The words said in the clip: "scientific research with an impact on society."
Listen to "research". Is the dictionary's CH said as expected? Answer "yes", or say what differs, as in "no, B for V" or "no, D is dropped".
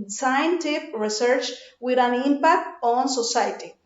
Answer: yes